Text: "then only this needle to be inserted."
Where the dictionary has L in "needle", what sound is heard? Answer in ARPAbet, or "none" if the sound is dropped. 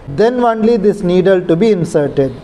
L